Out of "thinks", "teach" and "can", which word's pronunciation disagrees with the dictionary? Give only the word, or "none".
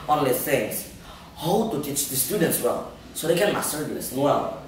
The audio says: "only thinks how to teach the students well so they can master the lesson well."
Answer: thinks